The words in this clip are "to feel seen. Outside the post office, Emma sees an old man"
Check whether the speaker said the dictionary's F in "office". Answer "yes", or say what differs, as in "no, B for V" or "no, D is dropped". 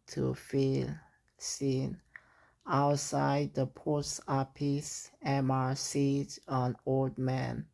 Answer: no, P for F